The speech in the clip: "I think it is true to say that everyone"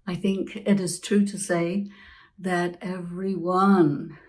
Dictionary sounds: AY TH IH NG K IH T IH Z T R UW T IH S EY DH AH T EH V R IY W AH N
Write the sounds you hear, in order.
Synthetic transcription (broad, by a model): AY TH IH NG K IH T IH Z T R UW T IH S EY DH AH T EH V R IY W AH N